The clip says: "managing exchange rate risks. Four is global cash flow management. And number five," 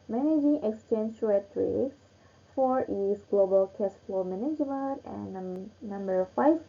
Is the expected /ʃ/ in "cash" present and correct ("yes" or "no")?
no